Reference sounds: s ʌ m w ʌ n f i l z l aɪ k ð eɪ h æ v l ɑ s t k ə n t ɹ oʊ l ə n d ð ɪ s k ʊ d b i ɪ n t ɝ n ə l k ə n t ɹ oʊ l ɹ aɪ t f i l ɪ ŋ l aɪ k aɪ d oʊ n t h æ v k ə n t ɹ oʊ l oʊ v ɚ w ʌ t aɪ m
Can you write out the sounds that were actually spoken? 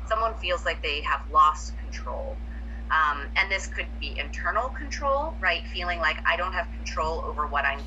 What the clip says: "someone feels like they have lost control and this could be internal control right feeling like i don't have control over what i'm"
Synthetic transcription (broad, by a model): s ʌ m w ʌ n f i l z l aɪ k ð eɪ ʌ v l ɑ s t k n t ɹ oʊ l ə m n ð ɪ s k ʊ d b i ɪ n t ɝ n l k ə n t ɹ oʊ l ɹ aɪ t f i l ɪ ŋ l aɪ k aɪ d oʊ n t h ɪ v k n t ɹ oʊ l oʊ v ɚ w ʌ t aɪ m